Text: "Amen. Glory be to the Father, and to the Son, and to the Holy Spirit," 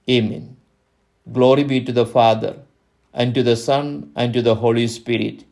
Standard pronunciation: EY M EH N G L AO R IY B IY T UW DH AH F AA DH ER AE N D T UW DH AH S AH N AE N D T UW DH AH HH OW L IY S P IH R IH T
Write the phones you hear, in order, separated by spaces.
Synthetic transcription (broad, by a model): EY M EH N G L AO R IY B IY T UW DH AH F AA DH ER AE N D T UW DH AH S AH N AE N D T UW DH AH HH OW L IY S P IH R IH T